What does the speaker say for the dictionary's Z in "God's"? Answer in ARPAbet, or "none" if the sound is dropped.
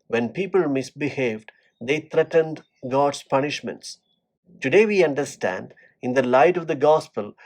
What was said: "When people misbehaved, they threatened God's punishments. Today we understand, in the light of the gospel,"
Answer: S